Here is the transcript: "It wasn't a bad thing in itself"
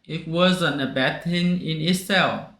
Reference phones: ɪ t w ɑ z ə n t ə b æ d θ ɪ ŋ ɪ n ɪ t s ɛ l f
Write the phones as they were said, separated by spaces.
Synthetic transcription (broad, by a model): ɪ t w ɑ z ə n ə b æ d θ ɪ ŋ ɪ n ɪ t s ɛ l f